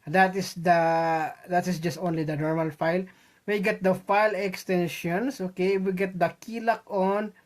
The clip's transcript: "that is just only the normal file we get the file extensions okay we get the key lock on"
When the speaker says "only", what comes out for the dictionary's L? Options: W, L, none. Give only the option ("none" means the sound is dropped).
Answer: L